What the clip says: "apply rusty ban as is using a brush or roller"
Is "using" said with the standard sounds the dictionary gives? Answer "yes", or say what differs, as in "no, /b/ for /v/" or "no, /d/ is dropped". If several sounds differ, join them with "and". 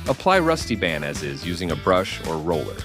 yes